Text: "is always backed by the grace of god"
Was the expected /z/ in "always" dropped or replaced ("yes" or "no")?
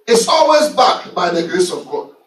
no